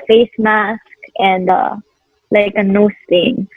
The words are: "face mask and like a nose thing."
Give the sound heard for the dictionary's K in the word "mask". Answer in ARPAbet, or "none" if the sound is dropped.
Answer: K